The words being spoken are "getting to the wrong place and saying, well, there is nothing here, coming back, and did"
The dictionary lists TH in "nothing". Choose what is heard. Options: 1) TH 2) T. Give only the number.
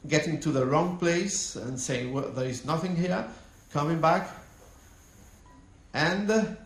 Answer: 1